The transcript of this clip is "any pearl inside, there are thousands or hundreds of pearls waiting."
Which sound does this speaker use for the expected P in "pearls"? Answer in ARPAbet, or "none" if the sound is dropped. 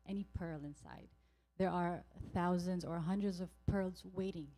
P